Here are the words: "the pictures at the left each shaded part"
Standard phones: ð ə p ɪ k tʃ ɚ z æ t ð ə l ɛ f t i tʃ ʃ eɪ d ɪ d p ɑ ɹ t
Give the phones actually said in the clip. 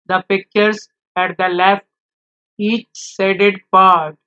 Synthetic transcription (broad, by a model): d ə p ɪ k tʃ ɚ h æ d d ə l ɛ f t i tʃ s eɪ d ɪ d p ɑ ɹ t